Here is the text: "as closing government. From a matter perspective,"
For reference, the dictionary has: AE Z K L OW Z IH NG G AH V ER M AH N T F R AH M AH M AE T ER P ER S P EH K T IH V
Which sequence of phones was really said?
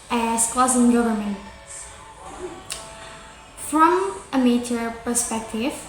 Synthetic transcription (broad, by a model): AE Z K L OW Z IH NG G AH V ER M AH N T F R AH M AH M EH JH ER P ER S P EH K T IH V